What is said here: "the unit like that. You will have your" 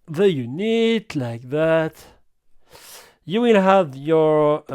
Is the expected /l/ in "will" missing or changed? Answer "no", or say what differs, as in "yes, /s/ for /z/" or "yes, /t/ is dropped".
yes, /n/ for /l/